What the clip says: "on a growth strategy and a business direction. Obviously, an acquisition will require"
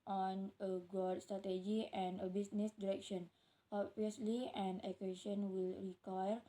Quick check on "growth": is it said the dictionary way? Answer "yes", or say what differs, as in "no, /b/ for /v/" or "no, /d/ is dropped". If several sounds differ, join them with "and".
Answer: no, /ɹ/ is dropped